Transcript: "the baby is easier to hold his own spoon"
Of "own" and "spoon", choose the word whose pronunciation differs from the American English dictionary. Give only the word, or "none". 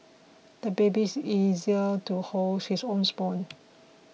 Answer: spoon